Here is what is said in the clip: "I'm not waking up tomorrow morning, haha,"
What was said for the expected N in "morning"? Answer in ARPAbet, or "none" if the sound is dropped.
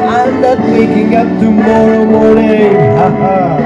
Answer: none